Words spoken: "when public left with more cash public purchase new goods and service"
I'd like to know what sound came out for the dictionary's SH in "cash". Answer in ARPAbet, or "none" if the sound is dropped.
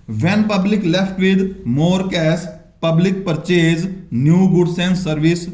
S